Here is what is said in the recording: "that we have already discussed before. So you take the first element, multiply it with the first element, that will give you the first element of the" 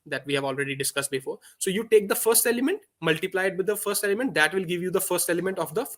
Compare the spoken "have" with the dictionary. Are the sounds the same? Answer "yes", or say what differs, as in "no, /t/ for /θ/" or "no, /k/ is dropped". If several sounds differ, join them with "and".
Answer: yes